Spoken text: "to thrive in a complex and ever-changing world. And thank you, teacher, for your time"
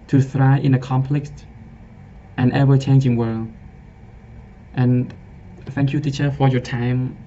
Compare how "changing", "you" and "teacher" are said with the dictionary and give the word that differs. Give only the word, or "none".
none